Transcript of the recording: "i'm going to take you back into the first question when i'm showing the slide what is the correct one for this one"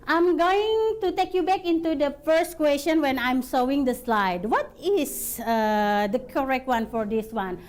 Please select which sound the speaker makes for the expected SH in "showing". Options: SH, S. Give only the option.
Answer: S